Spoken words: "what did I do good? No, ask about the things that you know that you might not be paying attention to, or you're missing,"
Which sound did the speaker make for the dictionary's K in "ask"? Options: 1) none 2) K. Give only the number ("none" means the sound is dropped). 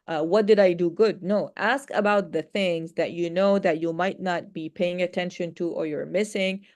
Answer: 2